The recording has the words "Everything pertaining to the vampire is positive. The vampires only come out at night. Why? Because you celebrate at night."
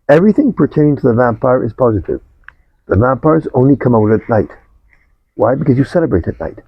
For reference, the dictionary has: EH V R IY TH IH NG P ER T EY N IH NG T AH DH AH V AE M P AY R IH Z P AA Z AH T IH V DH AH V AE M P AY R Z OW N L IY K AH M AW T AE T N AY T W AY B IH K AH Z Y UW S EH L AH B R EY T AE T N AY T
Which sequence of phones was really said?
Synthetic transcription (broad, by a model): EH V R IY TH IH NG P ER T EY IH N T AH DH AH V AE M P AY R IH Z P AA Z AH T IH V DH AH V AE M P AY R Z OW N L IY K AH M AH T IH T N AY T W AY B IH K AH Z Y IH S EH L AH B R EY T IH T N AY T